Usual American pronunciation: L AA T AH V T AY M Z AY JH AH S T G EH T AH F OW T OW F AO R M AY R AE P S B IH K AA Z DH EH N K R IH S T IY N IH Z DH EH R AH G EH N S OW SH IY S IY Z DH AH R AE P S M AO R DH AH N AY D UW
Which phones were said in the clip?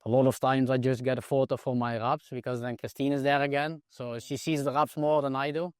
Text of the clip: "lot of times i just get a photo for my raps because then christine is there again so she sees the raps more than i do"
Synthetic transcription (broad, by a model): L AA T AH V T AY M Z AY JH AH S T G EH T AH F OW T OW F AO R M AY R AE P S B IH K AA Z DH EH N K R IH S T IY N IH Z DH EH R AH G EH N S OW SH IY S IY Z DH AH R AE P S M AO R DH AH N AY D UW